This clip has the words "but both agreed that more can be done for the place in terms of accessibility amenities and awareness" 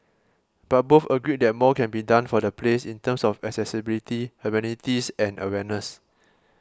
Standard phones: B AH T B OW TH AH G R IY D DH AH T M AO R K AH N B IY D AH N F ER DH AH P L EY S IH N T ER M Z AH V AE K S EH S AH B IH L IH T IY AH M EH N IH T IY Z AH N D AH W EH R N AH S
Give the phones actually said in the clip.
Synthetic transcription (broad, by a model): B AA T B OW F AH G R IY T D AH T M AO K AH N B IY D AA N F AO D AH P L EY S IH N T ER M S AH F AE K S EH S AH B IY L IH T IY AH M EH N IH T IY S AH N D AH W EH N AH S